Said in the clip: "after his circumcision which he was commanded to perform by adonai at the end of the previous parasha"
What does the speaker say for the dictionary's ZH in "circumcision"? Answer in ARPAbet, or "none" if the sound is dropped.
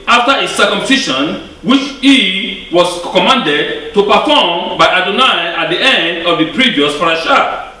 SH